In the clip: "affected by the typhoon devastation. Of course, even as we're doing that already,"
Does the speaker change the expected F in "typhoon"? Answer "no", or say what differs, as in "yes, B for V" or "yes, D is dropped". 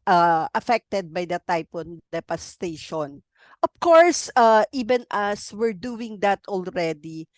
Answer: yes, P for F